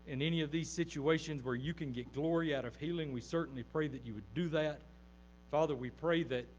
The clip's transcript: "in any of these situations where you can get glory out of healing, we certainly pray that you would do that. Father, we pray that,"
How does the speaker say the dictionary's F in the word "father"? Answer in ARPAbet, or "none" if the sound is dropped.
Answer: F